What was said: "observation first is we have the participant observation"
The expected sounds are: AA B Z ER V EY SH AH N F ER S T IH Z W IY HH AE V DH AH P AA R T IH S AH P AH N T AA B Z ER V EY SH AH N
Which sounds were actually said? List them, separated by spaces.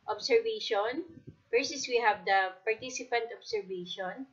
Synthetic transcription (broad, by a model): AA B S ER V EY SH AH N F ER S IH S W IY HH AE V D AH P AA R T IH S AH P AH N T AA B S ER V EY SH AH N